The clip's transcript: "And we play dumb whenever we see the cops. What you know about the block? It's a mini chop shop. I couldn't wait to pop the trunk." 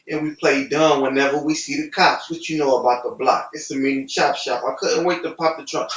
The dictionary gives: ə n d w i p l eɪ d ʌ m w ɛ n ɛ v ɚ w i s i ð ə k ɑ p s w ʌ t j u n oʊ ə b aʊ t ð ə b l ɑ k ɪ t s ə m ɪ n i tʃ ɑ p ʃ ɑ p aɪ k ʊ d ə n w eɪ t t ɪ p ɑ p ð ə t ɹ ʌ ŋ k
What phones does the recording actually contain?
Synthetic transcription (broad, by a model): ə n w i p l eɪ d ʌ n w ɛ n ɛ v ɚ w i s i ð ə k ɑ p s w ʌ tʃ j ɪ n oʊ ə b aʊ t ð ə b l ɑ k ɪ t s ə m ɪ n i ʃ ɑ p ʃ ɑ p aɪ k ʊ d n w eɪ t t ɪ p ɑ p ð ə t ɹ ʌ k